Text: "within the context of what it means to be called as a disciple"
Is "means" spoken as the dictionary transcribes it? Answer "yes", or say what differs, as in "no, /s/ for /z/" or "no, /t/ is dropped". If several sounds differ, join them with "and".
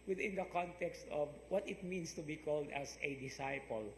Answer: no, /s/ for /z/